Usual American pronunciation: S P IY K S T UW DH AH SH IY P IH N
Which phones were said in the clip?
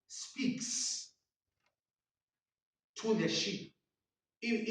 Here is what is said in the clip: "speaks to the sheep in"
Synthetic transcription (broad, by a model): S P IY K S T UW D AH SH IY IH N